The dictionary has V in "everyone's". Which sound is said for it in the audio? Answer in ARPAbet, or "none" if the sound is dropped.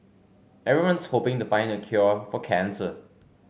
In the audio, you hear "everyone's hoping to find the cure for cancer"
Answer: none